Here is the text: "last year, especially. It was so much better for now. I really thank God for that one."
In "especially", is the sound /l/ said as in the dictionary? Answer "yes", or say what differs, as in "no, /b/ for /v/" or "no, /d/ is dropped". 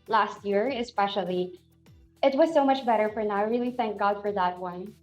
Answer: yes